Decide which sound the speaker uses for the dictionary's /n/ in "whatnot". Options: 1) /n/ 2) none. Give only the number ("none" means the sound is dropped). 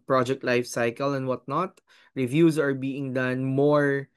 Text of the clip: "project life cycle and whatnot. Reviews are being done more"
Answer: 1